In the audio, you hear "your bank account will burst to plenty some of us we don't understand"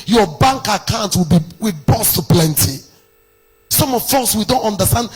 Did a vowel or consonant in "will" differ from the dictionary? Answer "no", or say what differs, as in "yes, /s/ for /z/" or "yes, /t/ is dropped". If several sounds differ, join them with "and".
yes, /w/ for /l/